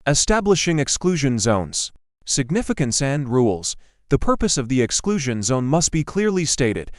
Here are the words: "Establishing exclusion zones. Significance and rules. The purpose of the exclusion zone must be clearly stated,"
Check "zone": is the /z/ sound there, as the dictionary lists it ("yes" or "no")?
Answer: yes